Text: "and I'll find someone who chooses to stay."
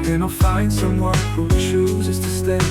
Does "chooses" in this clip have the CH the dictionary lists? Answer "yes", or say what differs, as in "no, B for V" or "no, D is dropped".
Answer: no, SH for CH